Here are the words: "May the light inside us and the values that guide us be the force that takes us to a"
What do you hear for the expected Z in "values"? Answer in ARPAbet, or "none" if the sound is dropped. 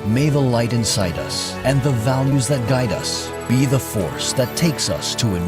Z